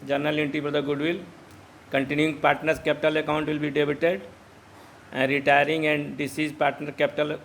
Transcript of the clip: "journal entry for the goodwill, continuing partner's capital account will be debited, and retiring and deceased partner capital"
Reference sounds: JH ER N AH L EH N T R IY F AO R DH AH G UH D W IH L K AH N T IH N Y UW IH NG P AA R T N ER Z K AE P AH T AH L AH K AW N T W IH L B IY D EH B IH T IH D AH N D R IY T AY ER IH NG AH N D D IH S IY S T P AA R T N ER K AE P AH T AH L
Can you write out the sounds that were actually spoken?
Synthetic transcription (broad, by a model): JH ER N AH L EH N T IY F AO R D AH G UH D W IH L K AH N T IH N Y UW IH NG P AA R T N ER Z K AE P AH T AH L AH K AW N T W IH L B IY D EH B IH T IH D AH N D R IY T AY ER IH NG AH N D D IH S IY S P AA R T N ER K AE P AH T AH L